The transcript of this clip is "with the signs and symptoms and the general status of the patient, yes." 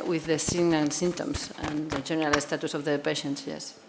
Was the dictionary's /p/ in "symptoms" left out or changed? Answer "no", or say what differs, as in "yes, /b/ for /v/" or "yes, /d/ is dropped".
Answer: yes, /p/ is dropped